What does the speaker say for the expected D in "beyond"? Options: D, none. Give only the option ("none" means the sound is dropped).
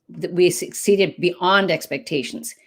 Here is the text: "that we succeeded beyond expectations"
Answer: D